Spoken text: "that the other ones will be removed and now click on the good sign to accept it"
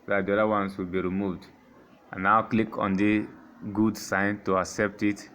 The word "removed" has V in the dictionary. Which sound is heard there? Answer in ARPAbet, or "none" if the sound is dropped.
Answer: V